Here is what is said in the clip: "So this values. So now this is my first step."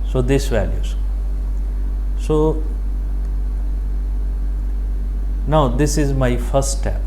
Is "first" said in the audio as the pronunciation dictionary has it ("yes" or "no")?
no